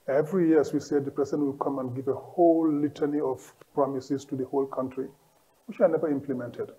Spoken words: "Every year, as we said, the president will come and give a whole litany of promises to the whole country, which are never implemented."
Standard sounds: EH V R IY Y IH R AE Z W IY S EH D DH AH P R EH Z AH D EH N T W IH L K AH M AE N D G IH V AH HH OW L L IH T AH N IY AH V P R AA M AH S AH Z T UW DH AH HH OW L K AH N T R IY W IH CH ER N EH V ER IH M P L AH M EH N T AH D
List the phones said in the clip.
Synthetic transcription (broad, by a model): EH V R IY Y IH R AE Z W IY S EH D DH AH P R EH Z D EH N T W IH L K AH M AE N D G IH V AH HH OW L L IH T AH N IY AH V P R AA M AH S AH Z T UW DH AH HH OW L K AH N T R IY W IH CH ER N EH V ER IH M P L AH M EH N T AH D